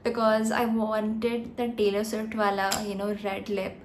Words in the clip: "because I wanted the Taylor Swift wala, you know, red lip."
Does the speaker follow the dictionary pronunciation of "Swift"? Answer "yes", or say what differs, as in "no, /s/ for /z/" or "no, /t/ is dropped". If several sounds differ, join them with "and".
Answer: no, /f/ is dropped